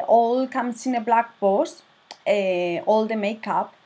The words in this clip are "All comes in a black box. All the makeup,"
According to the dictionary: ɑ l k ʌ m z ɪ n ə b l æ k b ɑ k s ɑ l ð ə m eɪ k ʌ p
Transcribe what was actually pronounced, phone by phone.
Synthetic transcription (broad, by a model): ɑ l k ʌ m s ɪ n ə b l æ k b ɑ s ɑ l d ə m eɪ k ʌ p